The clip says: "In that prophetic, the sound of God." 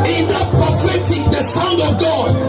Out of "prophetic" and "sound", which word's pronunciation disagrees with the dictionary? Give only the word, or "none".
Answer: none